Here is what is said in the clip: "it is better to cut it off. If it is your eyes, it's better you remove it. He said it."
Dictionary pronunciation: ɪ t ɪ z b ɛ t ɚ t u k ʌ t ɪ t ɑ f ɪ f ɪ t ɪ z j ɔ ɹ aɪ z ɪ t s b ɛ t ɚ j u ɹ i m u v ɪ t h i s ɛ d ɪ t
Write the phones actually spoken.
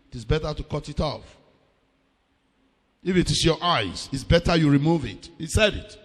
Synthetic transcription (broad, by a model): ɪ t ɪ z b ɛ t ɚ t u k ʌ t ɪ t ɑ f ɪ f ɪ t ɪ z j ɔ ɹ aɪ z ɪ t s b ɛ t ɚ j u ɹ i m u v ɪ t h i s ɛ d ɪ t